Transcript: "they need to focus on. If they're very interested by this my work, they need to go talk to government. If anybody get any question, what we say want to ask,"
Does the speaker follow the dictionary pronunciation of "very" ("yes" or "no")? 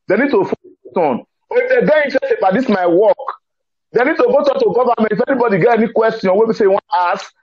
no